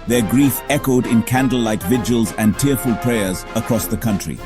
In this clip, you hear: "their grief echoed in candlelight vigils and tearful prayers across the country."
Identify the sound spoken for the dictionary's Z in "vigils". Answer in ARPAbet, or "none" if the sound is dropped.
Z